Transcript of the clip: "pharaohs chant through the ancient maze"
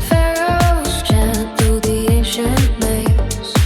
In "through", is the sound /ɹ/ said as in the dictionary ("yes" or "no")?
no